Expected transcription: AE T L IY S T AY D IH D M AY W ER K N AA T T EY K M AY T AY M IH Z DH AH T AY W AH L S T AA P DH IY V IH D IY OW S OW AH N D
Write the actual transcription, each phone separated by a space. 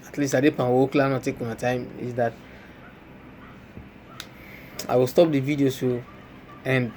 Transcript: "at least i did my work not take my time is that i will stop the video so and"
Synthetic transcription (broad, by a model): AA T L IY S T AY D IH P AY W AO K L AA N T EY K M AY T AY M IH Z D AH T AY W AH L S T AA P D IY V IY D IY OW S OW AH N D